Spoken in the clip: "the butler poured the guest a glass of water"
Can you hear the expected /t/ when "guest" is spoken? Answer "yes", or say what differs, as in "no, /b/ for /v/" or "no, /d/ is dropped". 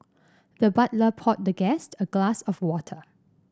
yes